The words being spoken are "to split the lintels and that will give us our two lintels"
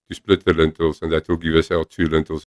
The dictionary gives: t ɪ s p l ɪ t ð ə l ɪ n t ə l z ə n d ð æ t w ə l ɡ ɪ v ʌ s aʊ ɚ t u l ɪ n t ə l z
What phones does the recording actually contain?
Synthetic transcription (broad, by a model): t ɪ s p l ɪ t ð ə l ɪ n t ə l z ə n ð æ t w ə l ɡ ɪ v ʌ s aʊ t u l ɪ n t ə l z